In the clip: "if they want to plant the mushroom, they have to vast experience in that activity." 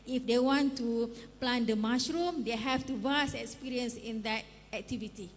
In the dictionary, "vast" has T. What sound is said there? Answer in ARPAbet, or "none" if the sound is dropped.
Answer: none